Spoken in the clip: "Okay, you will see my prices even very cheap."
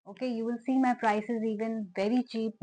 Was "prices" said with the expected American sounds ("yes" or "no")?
yes